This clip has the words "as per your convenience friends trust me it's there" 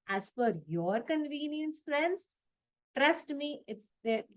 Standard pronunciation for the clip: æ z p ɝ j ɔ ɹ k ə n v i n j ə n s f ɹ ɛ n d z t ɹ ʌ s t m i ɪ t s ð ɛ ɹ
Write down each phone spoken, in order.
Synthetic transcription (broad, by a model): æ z f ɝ j ɔ ɹ k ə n v i n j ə n s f ɹ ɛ n d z t ɹ ʌ s t m i ɪ t s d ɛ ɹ